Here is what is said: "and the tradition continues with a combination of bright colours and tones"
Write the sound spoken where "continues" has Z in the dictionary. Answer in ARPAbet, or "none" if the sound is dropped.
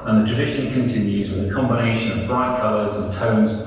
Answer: Z